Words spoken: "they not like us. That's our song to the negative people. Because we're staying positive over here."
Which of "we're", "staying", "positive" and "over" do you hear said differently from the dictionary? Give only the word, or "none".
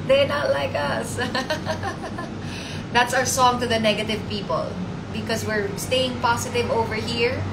positive